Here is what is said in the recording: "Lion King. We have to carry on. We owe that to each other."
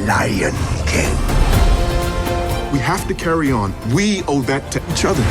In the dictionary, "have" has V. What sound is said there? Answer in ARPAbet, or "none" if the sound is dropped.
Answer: F